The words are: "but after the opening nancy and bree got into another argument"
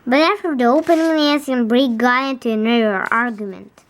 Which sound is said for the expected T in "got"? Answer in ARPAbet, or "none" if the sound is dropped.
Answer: none